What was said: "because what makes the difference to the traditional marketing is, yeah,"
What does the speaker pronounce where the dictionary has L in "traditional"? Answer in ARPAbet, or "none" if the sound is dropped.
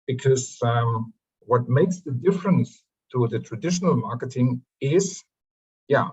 L